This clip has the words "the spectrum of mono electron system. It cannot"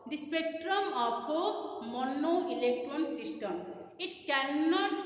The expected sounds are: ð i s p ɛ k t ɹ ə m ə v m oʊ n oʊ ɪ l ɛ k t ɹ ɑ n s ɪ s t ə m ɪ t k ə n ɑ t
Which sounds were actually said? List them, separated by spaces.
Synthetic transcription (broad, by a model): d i s p ɛ k t ɹ ə m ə p m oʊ n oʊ ɪ l ɛ k t ɹ ɑ n s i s t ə m ɪ t k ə n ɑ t